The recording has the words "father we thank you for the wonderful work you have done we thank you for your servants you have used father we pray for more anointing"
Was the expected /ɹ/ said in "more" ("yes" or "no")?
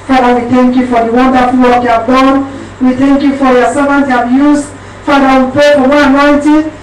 no